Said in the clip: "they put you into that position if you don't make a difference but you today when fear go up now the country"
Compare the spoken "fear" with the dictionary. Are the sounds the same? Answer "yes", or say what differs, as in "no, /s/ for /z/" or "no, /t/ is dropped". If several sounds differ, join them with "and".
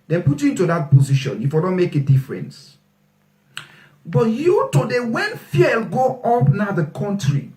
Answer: no, /l/ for /ɹ/